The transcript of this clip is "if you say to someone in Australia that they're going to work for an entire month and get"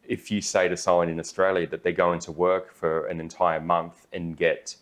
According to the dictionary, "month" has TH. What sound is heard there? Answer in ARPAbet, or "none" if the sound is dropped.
TH